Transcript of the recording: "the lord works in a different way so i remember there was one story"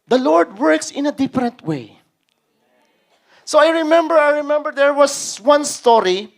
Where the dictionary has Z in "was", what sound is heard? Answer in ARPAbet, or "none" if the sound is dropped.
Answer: S